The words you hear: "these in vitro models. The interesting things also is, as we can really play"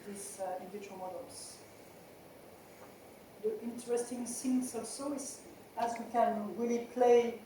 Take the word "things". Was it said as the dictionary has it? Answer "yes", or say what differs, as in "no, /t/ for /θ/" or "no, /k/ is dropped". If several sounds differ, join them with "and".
no, /s/ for /θ/